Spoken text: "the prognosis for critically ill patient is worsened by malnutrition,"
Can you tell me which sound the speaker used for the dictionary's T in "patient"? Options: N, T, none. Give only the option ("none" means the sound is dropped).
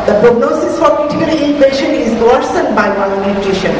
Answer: none